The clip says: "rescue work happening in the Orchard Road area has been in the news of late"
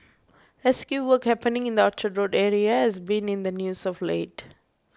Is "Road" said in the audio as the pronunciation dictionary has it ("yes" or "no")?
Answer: yes